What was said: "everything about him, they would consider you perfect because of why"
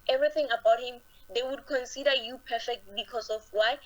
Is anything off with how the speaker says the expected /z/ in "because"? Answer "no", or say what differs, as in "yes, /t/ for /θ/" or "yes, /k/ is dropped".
yes, /s/ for /z/